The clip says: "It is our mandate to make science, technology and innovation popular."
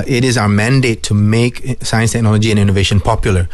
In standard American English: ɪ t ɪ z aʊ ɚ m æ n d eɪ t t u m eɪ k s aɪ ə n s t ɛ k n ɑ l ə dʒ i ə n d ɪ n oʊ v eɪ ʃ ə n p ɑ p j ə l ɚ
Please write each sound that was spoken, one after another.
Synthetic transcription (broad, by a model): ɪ t ɪ z aʊ ɚ m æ n d eɪ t t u m eɪ k s aɪ ə n s t ɛ k n ɑ l ə dʒ i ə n ɪ n oʊ v eɪ ʃ ə n p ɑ p j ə l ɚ